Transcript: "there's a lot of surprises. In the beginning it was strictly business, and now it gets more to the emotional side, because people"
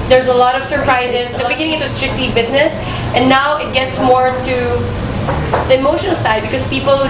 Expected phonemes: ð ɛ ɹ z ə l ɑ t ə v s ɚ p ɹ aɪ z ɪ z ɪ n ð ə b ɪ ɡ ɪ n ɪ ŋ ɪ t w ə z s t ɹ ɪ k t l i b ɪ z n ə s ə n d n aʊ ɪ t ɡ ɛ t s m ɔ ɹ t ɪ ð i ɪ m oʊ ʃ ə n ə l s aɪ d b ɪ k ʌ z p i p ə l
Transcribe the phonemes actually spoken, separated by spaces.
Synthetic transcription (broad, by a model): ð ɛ ɹ z ə l ɑ t ə v s ɚ p ɹ aɪ z ɪ z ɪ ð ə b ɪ ɡ ɪ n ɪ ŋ ɪ t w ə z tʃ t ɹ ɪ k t i b ɪ z n ə s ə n n aʊ ɪ t ɡ ɛ t s m ɔ ɹ t ɪ ð i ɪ m oʊ ʃ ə n l s aɪ d b ɪ k ʌ z p i p l